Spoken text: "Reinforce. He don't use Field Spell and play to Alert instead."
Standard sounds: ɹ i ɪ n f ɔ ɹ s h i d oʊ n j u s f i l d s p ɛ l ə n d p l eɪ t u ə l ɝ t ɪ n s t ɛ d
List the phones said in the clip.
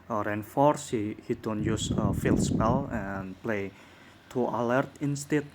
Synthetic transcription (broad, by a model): ɹ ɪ n f ɔ ɹ s h i d oʊ n j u s f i l s p ɛ l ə n p l eɪ t u ə l ɝ t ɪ n s t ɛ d